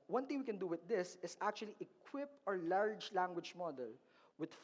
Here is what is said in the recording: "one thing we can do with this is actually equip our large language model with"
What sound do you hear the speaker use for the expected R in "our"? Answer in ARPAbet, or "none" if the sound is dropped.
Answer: R